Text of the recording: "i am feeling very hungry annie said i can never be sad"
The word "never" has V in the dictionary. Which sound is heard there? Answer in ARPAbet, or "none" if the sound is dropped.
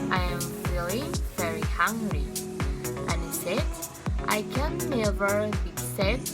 V